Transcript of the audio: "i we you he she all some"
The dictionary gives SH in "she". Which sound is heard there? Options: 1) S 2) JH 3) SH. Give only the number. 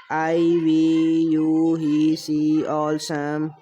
1